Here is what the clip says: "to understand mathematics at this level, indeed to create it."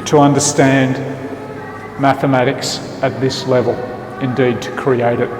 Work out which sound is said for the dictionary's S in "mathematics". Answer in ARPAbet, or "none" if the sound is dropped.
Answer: S